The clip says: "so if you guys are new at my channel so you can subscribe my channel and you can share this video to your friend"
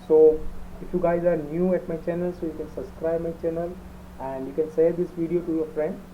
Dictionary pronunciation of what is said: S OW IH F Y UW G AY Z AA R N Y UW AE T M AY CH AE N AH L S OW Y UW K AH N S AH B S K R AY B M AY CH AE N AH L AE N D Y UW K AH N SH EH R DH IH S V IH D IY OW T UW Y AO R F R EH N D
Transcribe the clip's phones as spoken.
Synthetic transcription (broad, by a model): S OW IH F Y UW G AY Z AA R N Y UW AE T M AY CH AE N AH L S OW Y UW K AH N S AH B S K R AY B M AY CH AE N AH L AE N D Y UW K AH N S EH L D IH S V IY D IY OW T UW Y AO R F R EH N D